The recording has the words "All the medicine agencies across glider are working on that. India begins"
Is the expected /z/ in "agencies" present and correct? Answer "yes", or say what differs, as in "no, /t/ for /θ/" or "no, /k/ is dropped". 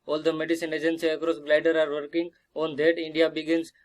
no, /z/ is dropped